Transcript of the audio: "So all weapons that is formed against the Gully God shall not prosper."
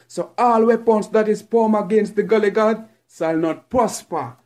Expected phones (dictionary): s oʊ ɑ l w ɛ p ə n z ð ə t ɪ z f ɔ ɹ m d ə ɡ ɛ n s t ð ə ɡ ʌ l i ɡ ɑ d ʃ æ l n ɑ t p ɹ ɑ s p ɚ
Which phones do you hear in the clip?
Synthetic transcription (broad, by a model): s oʊ ɑ l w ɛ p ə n s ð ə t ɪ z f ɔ m ə ɡ ɛ n s t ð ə ɡ ʌ l i ɡ ɑ d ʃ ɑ l n ɑ t p ɹ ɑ s p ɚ